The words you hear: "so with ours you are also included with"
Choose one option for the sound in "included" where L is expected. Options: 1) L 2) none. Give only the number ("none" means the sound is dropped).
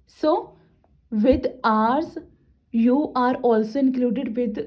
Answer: 1